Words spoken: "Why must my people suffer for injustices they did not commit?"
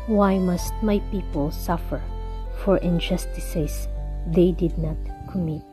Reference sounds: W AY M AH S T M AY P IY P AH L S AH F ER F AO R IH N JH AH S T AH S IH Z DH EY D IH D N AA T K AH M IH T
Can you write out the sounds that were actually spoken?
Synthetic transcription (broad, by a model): W AY M AH S T M AY P IY P AH L S AH F ER F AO R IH N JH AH S T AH S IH S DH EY D IH D N AA T K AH M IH T